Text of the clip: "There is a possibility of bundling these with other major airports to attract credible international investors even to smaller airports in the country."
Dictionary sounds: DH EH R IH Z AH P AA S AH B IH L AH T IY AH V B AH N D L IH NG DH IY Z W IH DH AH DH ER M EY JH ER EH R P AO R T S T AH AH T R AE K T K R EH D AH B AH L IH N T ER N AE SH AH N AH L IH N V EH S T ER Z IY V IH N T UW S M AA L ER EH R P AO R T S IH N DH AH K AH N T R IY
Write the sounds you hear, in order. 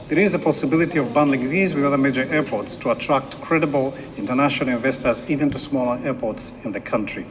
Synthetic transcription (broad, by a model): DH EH R IH Z AH P AA S AH B IH L AH T IY AH V B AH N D L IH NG DH IY Z W IH DH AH DH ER M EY JH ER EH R P AO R T S T AH AH T R AE K T K R EH D AH B AH L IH N T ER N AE SH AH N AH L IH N V EH S T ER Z IY V IH N T UW S M AA L ER EH R P AO R T S IH N DH AH K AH N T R IY